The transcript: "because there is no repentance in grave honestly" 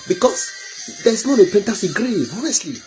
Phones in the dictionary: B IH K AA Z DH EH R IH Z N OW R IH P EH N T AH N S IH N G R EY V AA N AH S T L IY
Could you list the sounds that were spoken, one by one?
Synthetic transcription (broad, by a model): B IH K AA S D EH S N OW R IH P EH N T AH S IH G R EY AA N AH S T L IY